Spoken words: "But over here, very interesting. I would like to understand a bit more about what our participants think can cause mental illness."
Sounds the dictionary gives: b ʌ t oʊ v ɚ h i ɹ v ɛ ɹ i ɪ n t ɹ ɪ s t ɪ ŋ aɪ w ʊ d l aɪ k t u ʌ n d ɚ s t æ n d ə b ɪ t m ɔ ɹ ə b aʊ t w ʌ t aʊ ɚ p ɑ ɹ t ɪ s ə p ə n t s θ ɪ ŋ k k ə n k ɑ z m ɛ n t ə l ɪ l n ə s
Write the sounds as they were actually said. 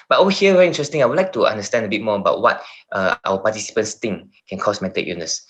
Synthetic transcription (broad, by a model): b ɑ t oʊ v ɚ h i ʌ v ɛ ɹ i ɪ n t ɹ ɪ s t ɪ ŋ aɪ w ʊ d l aɪ k t u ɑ n d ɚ s t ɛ n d ə b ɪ t m ɔ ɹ ə b aʊ t w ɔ t aʊ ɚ p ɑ t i s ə p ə n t s t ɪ ŋ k k ə n k ɑ s m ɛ t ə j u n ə s